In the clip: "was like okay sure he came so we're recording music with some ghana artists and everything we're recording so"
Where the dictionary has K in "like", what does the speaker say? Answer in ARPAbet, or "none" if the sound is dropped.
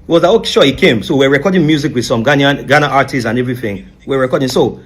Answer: none